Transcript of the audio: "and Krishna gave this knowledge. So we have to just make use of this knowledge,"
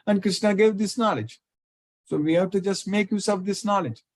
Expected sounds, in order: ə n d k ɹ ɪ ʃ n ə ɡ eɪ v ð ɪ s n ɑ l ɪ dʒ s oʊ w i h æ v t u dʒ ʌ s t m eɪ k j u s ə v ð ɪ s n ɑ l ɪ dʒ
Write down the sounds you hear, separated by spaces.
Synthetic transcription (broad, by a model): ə n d k ɹ ɪ ʃ n ə ɡ eɪ v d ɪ s n ɑ l ɪ dʒ s oʊ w i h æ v t u dʒ ʌ s t m eɪ k j u s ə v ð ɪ s n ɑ l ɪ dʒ